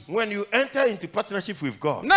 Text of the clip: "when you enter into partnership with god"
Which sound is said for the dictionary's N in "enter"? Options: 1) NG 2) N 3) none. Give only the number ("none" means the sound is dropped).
2